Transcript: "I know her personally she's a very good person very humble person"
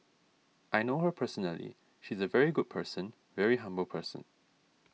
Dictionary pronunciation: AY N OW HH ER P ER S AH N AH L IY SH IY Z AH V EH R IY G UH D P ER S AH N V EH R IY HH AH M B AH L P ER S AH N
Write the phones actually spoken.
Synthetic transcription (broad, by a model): AY N OW HH ER P ER S AH N AH L IY SH IY Z AH V EH R IY G UH D P ER S AH N V EH R IY HH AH M B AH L P ER S AH N